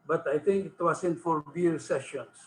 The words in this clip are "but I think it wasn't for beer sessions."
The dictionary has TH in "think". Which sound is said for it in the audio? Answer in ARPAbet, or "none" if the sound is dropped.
T